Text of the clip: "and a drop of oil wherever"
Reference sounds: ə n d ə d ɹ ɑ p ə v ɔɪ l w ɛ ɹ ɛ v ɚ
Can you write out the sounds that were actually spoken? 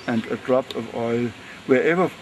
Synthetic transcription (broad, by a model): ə n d ə d ɹ ɑ p ə v ɔɪ l w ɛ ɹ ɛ v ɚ